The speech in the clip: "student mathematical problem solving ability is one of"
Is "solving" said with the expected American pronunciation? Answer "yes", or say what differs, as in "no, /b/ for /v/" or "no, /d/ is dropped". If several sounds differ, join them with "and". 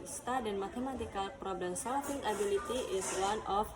no, /f/ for /v/